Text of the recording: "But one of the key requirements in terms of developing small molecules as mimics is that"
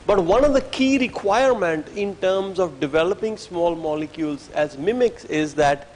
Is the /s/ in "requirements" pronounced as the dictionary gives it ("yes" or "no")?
no